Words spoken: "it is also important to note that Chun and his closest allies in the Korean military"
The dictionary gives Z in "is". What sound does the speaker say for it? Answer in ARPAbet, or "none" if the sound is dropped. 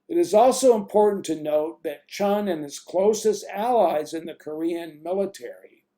Z